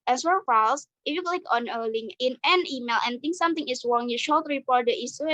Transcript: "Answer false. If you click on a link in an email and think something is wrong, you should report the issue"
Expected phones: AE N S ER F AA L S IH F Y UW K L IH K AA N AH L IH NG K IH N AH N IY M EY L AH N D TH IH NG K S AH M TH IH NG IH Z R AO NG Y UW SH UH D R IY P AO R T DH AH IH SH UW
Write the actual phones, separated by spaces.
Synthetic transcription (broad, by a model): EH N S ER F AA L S IH F Y UW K L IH K AA N AH L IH NG IH N AH N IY M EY L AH N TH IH NG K S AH M T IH NG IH S R AO NG Y UW SH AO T R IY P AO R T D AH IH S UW